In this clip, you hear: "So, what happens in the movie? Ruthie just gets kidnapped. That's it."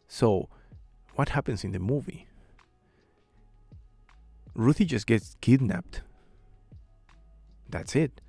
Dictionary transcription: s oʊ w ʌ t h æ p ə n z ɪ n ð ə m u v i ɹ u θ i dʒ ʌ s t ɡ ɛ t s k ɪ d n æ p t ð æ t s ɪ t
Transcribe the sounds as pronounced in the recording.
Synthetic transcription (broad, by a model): s oʊ w ʌ t h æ p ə n s ɪ n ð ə m u v i ɹ u θ i dʒ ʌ s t ɡ ɛ t s k ɪ d n æ p t ð æ t s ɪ t